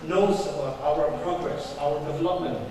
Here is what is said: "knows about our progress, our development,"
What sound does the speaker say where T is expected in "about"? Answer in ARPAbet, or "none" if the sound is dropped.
none